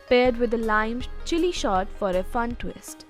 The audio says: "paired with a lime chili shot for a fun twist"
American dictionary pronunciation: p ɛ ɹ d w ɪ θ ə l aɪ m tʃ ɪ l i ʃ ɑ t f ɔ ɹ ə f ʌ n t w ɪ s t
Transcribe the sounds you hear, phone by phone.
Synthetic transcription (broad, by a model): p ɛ ɹ d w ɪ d ə l aɪ m tʃ ɪ l i ʃ ɑ t f ɔ ɹ ə f ʌ n t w ɪ s t